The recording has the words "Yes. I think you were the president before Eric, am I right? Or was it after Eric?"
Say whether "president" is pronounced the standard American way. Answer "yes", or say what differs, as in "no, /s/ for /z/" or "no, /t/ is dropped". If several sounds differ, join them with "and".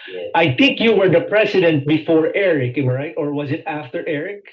no, /s/ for /z/